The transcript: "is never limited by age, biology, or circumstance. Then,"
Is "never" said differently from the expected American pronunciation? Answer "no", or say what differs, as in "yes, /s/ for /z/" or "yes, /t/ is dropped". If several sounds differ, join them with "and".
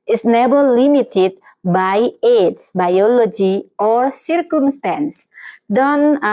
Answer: yes, /b/ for /v/